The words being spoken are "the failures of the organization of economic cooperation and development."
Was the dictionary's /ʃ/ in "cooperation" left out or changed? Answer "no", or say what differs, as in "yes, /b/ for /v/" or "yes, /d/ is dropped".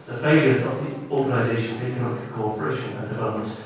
no